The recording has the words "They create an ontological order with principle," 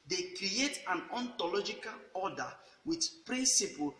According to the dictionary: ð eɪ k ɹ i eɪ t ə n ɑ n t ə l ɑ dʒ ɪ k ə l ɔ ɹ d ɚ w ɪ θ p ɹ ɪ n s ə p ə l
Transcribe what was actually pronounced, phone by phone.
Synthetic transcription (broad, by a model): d eɪ k ɹ i eɪ t ə n ɑ n t ə l ɑ dʒ ɪ k ə l ɔ d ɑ w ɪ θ p ɹ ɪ n s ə p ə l